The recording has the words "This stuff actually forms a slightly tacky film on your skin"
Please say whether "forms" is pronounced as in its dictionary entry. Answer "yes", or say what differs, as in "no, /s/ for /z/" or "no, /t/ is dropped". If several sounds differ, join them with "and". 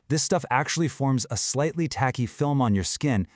yes